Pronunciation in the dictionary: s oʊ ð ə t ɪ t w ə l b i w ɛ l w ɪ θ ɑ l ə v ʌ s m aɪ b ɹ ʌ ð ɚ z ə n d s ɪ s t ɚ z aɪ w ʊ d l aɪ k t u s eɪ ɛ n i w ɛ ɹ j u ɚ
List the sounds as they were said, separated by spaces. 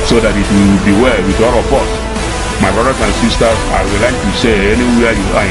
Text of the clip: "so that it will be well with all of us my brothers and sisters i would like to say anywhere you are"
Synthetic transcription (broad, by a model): s oʊ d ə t ɪ t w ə b i w ɛ l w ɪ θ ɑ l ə b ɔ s m aɪ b ɹ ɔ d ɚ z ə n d s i s t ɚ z aɪ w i l aɪ k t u s eɪ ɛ n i w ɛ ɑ j u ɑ